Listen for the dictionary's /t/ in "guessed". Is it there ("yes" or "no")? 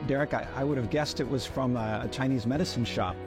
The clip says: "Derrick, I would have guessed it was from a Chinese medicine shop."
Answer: yes